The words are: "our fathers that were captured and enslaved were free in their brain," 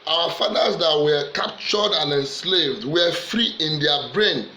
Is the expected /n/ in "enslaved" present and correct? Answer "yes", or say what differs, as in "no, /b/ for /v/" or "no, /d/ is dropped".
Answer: yes